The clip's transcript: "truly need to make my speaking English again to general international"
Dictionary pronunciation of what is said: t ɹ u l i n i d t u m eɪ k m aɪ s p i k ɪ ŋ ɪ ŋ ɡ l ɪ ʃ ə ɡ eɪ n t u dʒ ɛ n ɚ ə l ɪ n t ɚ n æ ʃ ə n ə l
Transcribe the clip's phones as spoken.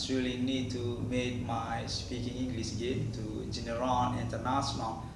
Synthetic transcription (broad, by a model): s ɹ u l i n i d t u m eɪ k m aɪ s p i k ɪ ŋ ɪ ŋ ɡ l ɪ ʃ ə ɡ eɪ n t u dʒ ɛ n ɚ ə n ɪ n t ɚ n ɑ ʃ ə n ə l